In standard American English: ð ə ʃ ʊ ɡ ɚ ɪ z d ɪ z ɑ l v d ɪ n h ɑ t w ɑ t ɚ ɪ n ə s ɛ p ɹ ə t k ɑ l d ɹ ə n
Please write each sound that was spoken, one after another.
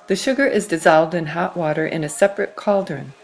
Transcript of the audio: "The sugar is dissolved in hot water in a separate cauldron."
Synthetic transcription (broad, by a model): ð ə ʃ ʊ ɡ ɚ ɪ z d ɪ z ɑ l v d ɪ n h ɑ t w ɑ t ɚ ɪ n ə s ɛ p ɹ ə t k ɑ l d ɹ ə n